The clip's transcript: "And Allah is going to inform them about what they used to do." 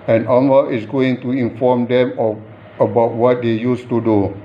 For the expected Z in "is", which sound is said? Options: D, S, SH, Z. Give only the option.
S